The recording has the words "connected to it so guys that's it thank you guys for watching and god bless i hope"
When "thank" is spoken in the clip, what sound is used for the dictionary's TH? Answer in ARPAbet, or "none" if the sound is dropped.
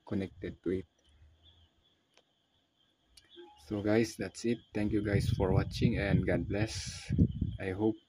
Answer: T